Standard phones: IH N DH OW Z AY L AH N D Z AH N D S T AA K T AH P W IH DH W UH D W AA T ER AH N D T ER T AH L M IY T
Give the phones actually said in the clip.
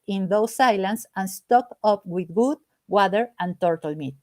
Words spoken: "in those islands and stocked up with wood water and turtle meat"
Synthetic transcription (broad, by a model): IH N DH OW S AY L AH N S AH N S T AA K AH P W IH DH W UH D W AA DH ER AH N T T T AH L M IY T